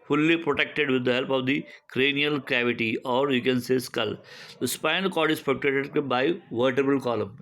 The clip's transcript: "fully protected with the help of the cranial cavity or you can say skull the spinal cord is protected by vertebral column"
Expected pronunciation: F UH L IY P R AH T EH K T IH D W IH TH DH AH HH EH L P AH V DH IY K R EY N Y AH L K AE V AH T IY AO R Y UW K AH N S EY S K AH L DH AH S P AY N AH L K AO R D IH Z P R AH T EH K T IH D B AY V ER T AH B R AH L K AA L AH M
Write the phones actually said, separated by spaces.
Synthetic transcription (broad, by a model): F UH L IY P R AH T EH K T IH D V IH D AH HH EH L P AH V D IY K R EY N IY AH L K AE V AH T IY AO R Y UW K AH N S EY S K AH L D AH S P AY N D K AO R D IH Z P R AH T EH T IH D B AY V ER T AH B AH L K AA L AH M